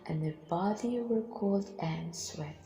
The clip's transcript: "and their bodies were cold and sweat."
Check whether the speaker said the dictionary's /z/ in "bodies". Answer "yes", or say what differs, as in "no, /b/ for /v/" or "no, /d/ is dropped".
no, /z/ is dropped